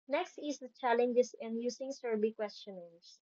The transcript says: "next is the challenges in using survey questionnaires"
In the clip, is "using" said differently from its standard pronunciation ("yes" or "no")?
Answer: yes